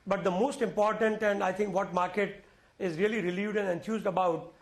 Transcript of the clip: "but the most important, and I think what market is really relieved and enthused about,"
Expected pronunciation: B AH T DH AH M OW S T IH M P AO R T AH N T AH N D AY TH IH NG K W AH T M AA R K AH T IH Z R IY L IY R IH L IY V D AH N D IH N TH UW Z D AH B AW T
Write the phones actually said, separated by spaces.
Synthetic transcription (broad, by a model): B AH T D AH M OW S T IH M P AO R T AH N T AH N D AY T IH NG K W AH T M AA R K AH T IH Z R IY L IY R IH L IY V D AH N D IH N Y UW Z D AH B AW T